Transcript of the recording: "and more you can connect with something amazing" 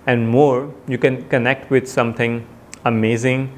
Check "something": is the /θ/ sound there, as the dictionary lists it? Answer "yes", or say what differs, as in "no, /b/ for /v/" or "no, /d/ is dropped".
no, /t/ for /θ/